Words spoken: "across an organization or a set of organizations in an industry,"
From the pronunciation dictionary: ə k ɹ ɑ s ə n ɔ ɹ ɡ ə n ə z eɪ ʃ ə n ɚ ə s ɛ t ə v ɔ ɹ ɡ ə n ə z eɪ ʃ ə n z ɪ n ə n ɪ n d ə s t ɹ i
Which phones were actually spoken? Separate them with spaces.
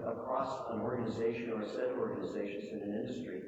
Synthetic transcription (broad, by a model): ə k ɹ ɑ s ə n ɔ ɹ ɡ ə n ə z eɪ ʃ ə n ɚ s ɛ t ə ɔ ɹ ɡ ə n ə z eɪ ʃ ə n z ɪ n ə n ɪ n d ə s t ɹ i